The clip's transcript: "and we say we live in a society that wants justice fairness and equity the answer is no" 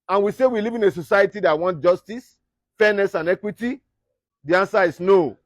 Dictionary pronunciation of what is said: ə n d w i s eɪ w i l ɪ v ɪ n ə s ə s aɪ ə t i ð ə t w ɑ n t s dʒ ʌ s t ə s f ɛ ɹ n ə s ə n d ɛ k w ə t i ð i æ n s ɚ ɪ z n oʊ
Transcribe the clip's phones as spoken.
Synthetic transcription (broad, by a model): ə n w i s eɪ w i l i v ɪ n ə s ə s aɪ ə t i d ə t w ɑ n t dʒ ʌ s t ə s f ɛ n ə s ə n ɛ k w ə t i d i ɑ n s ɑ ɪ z n oʊ